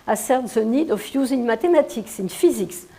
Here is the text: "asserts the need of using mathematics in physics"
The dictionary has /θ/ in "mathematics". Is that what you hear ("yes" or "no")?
no